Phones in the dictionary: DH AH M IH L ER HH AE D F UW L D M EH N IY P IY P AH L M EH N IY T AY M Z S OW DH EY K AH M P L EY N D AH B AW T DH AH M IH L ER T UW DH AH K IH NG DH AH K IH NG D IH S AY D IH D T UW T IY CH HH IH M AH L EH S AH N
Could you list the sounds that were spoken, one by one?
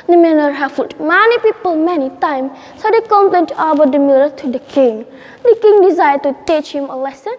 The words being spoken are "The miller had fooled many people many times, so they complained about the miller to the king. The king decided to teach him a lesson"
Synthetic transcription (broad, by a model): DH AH M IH N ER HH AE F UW D M EH N IY P IY P AH L M EH N IY T AY M S OW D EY K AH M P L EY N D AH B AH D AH M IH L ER T UW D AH K IH NG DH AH K IH NG D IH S AY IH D T UW T IY CH HH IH M AH L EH S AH N